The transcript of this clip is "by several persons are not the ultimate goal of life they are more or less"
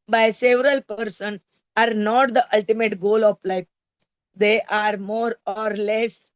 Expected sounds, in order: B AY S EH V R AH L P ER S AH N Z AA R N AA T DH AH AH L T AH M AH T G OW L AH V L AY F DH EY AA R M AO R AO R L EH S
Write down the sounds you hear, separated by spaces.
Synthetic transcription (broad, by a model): B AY S EH V R AH L P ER S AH N AA R N AA T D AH AH L T AH M AH T G OW L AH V L AY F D EY AA R M AO R AO R L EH S